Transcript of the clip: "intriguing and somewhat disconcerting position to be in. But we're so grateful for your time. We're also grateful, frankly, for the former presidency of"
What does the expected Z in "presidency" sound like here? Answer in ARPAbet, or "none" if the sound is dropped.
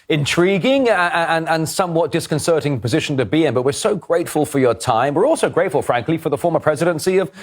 Z